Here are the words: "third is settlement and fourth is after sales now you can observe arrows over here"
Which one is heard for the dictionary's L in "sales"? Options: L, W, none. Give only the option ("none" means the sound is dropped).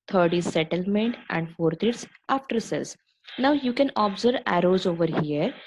none